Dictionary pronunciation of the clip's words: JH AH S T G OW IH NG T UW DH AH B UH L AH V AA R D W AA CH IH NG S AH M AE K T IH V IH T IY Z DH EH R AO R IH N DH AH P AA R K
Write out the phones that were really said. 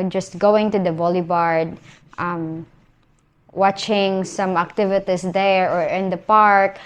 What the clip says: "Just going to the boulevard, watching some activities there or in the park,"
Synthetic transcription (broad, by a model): JH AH S T G OW IH NG T UW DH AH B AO L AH B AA R D W AA CH IH NG S AH M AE K T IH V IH T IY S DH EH R AO R IH N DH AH P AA R K